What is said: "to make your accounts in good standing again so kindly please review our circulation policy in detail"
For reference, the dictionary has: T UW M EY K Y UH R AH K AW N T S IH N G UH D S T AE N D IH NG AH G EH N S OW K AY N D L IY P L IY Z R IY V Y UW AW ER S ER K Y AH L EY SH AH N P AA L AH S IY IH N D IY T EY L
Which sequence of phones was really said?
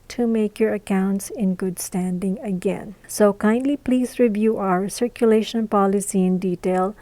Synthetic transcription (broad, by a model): T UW M EY K Y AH R AH K AW N T S IH N G UH D S T AE N D IH NG AH G EH N S OW K AY N D L IY P L IY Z R IY V Y UW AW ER S ER K Y AH L EY SH AH N P AA L AH S IY IH N D IY T EY L